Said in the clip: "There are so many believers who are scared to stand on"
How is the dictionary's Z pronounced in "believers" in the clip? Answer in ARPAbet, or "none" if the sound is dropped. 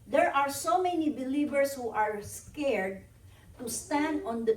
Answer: S